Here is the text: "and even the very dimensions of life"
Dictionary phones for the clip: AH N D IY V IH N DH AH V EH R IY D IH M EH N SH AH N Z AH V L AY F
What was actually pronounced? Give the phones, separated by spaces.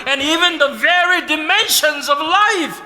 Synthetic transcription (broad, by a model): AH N IY V IH N DH AH V EH R IY D IH M EH N SH AH N Z AH V L AY F